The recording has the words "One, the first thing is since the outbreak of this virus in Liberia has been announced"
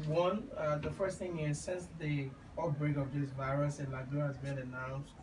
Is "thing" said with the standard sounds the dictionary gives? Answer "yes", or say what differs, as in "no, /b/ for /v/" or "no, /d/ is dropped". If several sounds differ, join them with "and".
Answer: yes